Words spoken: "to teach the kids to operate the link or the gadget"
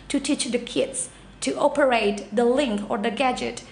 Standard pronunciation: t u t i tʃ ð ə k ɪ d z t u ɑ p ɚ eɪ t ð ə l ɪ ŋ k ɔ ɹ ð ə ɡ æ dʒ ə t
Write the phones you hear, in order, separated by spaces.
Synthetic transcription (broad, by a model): t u t i tʃ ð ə k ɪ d s t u ɑ p ɚ eɪ t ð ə l ɪ ŋ k ɔ ɹ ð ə ɡ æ dʒ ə t